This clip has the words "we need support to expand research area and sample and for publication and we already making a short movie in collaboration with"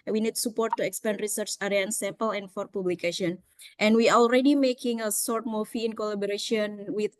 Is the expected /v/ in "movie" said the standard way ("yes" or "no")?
no